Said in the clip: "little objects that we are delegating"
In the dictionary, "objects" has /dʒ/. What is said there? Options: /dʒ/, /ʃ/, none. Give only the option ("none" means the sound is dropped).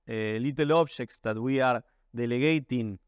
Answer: /ʃ/